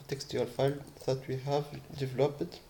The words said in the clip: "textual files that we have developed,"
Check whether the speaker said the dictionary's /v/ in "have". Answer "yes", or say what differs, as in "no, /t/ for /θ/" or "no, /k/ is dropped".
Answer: yes